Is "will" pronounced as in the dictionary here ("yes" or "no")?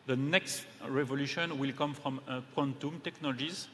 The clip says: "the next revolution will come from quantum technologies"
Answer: yes